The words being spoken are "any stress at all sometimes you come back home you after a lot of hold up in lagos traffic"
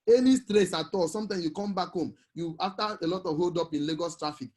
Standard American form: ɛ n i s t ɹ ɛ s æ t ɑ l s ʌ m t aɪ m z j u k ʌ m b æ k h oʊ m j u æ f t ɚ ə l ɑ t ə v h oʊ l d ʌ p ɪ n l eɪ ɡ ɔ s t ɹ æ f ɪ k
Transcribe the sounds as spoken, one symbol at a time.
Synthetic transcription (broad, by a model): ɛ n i s t ɹ ɛ s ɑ t ɑ l s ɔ m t aɪ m s j u k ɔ m b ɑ k h oʊ m j u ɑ f t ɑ ə l ɑ t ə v h oʊ l d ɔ p ɪ n l eɪ ɡ ɔ s t ɹ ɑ f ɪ k